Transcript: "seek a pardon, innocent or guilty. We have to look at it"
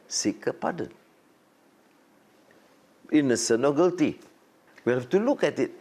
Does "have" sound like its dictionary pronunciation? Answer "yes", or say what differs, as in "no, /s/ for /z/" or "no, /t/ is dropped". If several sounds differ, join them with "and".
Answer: no, /f/ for /v/